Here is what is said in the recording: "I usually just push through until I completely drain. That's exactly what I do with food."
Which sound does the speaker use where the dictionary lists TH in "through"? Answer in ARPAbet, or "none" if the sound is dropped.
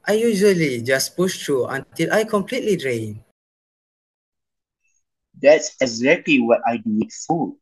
T